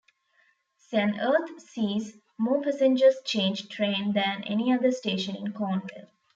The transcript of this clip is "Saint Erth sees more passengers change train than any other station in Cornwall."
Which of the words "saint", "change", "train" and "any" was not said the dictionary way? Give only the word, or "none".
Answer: saint